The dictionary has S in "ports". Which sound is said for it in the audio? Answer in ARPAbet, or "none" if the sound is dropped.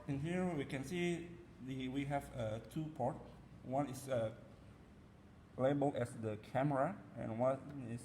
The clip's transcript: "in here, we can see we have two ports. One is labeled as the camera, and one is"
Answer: none